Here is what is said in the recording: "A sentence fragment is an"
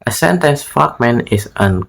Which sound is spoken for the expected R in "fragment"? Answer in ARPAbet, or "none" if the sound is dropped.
none